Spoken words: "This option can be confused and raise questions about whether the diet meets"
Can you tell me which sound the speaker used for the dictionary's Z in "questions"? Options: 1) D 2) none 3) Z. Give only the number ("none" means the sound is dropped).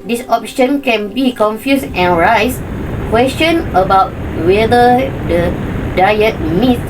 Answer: 2